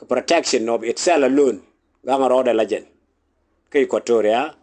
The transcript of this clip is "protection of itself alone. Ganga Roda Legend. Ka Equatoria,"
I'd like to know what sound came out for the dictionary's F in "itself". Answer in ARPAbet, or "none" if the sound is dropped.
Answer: none